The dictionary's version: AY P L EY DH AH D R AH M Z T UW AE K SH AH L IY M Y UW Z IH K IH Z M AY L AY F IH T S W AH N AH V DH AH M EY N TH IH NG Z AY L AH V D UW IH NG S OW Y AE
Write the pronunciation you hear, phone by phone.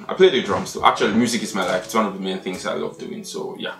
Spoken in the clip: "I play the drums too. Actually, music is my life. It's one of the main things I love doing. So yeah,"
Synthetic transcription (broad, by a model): AY P L EY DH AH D R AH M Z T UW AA K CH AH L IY M Y UW Z IH K IH Z M AY L AY F IH T S W AH N AH V DH AH M EY N TH IH NG Z AY L AH V D UW IH NG S OW Y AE